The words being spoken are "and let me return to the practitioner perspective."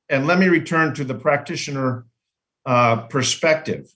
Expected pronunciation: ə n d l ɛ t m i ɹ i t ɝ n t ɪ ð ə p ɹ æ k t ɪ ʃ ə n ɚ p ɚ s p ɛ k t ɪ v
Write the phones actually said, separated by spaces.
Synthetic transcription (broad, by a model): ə n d l ɛ t m i ɹ i t ɝ n t ɪ ð ə p ɹ æ k t ɪ ʃ ə n ɚ p ɚ s p ɛ k t ɪ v